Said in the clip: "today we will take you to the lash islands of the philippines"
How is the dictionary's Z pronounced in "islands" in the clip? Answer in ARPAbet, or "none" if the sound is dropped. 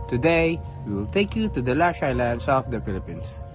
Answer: S